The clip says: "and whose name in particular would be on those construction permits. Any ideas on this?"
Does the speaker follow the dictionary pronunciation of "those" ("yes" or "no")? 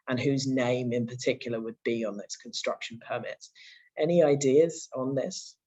no